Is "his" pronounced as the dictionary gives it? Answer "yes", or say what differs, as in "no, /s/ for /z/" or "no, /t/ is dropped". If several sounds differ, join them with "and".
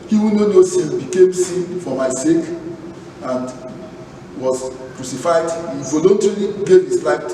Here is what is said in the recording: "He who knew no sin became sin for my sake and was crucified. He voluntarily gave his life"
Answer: no, /s/ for /z/